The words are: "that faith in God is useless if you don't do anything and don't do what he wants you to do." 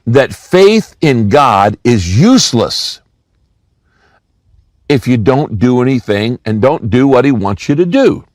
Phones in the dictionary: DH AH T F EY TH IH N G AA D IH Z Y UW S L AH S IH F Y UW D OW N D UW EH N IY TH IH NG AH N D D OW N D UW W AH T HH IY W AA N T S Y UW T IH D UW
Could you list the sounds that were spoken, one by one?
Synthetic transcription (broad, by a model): DH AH T F EY TH IH N G AA D IH Z Y UW S L AH S IH F Y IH D OW N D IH EH N IY TH IH NG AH N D D OW N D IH W AH T HH IY W AA N T S Y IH T IH D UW